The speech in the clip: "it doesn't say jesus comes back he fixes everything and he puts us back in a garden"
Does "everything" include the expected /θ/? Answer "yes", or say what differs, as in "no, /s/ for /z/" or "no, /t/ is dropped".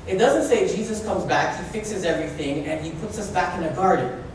yes